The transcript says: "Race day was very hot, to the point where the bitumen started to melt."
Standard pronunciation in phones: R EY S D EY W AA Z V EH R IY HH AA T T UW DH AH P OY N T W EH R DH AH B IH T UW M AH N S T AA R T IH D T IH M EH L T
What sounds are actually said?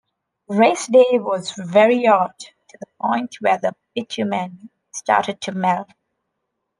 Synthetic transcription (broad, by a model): R EY S D EY W AA Z V EH R IY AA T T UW DH AH P OY N T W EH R DH AH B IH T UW M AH N S T AA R T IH D T IH M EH L